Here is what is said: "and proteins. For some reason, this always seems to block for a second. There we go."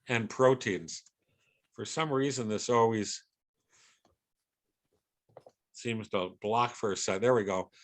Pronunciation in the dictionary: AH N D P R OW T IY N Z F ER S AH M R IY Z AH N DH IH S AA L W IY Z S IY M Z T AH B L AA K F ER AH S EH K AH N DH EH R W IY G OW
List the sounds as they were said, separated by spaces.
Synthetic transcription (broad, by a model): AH N P R OW T IY N Z F ER S AH M R IY Z AH N DH IH S AA L W IY Z S IY M Z T AH B L AA K F ER AH S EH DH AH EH R W IY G OW